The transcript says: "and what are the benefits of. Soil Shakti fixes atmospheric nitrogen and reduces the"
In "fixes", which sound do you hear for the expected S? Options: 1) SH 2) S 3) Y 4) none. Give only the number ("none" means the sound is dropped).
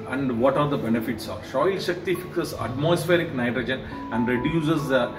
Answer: 4